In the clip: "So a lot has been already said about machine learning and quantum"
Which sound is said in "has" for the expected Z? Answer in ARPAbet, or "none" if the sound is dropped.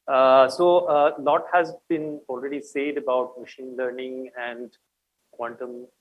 Z